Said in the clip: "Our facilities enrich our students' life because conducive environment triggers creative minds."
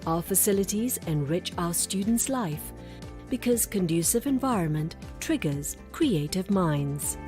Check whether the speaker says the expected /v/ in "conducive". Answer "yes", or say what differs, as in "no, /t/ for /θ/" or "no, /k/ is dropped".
yes